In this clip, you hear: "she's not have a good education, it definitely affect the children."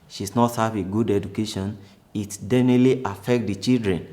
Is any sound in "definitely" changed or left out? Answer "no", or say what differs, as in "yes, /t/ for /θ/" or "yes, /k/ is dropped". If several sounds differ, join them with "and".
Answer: yes, /f/ is dropped